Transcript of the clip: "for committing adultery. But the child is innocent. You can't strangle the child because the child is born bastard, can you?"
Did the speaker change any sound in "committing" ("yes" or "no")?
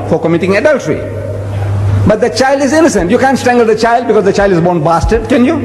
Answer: no